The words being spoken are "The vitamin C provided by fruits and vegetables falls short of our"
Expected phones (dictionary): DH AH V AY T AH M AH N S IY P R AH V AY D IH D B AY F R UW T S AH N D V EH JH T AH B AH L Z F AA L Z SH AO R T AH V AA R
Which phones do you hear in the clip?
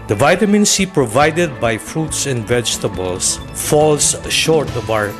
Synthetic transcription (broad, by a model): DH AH V AY T AH M AH N S IY P R AH V AY D IH D B AY F R UW T S AH N D V EH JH T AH B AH L S F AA L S SH AO R T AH B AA R